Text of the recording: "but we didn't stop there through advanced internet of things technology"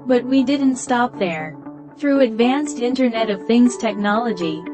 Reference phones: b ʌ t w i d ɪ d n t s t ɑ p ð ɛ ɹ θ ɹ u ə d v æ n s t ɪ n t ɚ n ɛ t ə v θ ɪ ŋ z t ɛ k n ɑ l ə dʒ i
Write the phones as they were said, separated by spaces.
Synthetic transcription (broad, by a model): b ʌ t w i d ɪ d n t s t ɑ p ð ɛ ɹ θ ɹ u ə d v æ n s t ɪ n t ɚ n ɛ t ə v θ ɪ ŋ z t ɛ k n ɑ l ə dʒ i